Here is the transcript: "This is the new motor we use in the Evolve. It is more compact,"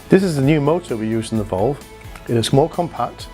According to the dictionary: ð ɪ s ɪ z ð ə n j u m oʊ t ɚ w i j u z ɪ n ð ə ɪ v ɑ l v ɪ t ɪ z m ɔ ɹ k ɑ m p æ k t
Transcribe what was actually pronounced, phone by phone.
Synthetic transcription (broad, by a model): ð ɪ s ɪ z ð ə n j u m oʊ t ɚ w i j u z ɪ n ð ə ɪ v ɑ l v ɪ t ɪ s m ɔ l k ɑ m p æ k t